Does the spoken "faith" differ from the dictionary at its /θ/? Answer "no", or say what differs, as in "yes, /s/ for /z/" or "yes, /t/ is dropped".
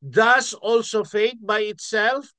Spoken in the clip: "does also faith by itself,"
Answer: yes, /t/ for /θ/